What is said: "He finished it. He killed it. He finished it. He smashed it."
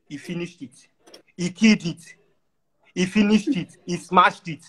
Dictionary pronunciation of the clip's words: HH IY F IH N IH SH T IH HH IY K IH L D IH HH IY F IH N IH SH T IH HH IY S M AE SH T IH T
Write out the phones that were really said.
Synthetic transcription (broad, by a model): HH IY F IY N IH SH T IH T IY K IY D IH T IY F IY N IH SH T IH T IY S M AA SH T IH T